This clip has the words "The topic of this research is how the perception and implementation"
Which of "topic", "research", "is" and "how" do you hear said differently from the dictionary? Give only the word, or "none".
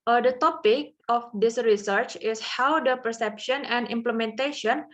is